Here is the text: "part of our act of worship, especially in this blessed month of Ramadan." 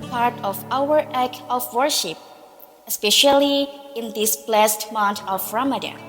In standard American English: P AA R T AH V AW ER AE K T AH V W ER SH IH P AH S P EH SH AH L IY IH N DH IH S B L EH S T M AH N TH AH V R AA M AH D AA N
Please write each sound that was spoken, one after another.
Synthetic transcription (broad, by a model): P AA R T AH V AW ER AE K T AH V W ER SH IH P AH S P EH SH AH L IY IH N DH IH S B L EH S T M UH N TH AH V R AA M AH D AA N